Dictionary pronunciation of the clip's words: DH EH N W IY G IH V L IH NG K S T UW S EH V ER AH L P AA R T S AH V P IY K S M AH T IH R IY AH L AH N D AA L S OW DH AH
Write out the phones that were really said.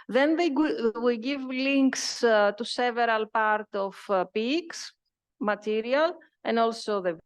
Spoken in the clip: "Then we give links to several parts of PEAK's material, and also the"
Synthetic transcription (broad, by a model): DH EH N W IY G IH V L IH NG K S T UW S EH V ER AH L P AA R T AH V P IY K S M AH T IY R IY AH L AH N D AA L S OW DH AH